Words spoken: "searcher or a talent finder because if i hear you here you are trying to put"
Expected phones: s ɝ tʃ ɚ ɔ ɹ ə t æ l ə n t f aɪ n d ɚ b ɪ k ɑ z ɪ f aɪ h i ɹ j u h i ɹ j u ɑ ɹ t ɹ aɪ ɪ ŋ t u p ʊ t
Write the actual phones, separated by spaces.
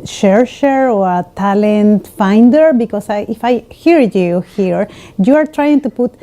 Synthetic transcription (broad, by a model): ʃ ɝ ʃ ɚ ɔ ɹ ə t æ l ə n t f aɪ n d ɚ b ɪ k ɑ s ɪ f aɪ h i ɹ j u h i ɹ j u ɑ ɹ t ɹ aɪ ɪ ŋ t u p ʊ t